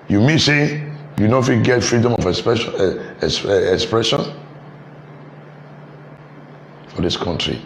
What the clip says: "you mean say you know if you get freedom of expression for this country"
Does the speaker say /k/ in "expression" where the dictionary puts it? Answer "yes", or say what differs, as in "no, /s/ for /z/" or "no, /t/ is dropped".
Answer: yes